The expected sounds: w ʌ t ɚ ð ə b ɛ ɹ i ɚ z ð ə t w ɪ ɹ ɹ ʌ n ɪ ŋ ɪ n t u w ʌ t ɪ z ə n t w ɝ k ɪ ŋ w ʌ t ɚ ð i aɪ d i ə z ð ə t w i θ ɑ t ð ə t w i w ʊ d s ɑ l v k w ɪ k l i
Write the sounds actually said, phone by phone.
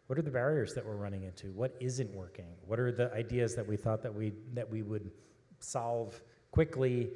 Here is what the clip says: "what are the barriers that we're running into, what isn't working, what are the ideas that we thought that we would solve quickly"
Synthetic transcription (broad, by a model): w ʌ t ɚ ð ə b ɛ ɹ i ɚ z ð ə t w ɪ ɹ ɹ ʌ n ɪ ŋ ɪ n t u w ʌ t ɪ z ə n t w ɝ k ɪ ŋ w ʌ t ɚ ð i aɪ d i ə z ð ə t w i θ ɑ t ð ə t w i w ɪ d s ɑ l v k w ɪ k l i